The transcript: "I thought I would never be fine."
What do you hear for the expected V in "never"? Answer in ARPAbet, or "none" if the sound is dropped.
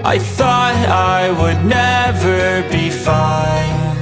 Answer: V